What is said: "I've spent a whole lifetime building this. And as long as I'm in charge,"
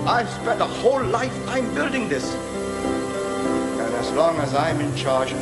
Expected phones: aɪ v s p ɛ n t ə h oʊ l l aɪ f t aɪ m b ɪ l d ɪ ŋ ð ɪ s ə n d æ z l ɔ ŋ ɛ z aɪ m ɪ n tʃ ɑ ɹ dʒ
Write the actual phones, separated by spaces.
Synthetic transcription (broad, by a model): aɪ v s p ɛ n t ə h oʊ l l aɪ f t aɪ m b ɪ l d ɪ ŋ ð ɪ s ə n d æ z l ɔ ŋ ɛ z aɪ m ɪ n tʃ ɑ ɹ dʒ